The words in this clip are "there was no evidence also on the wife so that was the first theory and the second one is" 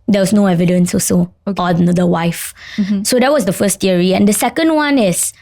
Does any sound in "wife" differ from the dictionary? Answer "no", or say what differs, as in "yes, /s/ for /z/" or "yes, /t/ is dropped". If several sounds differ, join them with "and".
no